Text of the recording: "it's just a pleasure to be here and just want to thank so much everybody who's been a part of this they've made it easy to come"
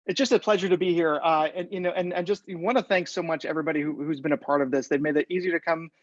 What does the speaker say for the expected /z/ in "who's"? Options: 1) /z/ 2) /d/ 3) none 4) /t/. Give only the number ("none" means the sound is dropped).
1